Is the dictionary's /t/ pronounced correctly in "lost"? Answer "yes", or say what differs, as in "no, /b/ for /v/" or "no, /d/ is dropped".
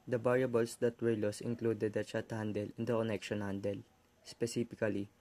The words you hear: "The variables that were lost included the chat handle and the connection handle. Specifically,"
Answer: no, /t/ is dropped